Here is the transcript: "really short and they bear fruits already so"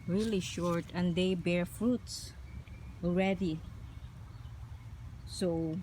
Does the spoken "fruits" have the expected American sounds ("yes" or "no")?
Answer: yes